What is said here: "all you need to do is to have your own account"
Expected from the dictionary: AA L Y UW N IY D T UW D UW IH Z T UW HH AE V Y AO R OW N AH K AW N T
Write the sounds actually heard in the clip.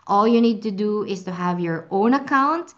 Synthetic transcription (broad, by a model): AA L Y UW N IY D T UW D UW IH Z T UW HH AE V Y AO R OW N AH K AW N T